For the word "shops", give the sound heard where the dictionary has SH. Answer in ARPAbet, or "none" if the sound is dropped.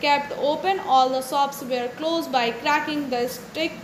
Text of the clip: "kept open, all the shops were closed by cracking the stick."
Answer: S